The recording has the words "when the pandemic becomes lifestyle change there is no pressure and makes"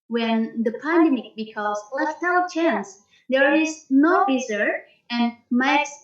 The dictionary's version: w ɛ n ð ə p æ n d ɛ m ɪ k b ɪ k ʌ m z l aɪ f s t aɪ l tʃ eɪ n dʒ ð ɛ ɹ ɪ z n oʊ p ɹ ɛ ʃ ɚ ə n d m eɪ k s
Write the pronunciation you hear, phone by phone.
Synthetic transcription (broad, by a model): w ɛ n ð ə p æ n d ɛ m ɪ k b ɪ k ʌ z l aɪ s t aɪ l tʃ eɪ n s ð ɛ ɹ ɪ z n oʊ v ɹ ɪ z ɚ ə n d m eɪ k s